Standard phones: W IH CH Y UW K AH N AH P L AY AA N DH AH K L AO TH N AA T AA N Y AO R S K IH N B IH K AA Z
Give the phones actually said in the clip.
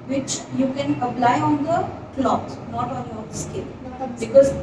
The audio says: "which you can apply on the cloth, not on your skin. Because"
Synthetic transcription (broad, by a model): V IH CH Y UW K AH N AH P L AY AA N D AH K L AO T N AA T AA N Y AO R S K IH L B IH K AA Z